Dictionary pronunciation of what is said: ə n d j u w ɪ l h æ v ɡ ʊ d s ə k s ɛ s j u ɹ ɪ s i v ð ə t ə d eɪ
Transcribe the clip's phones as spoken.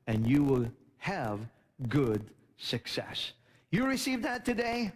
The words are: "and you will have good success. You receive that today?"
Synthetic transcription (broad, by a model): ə n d j u w ɪ l h æ v ɡ ʊ d s ə k s ɛ s j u ɹ ɪ s i v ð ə t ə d eɪ